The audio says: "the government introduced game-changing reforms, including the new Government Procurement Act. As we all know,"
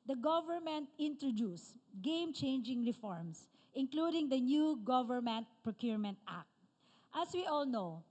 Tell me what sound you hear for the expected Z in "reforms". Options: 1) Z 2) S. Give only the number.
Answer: 2